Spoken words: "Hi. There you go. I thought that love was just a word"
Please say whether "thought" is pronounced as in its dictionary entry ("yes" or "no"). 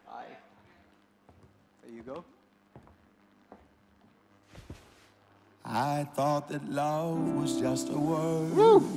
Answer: yes